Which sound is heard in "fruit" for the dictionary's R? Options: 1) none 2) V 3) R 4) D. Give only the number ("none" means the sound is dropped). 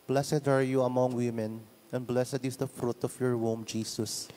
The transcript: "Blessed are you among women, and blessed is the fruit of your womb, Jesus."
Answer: 3